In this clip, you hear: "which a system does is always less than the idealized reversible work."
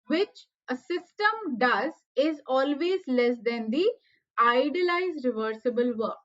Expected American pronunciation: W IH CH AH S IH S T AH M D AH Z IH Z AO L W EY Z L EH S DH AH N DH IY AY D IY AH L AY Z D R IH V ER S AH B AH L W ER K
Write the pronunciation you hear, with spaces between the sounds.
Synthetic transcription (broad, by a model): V IH CH AH S IH S T AH M D AH Z IH Z AO L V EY Z L EH S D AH N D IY AY D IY L AY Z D R IH V ER S AH B AH L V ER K